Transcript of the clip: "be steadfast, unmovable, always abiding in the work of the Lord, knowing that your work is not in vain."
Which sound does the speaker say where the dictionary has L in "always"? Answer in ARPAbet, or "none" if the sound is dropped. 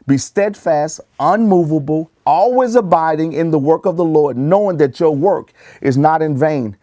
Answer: L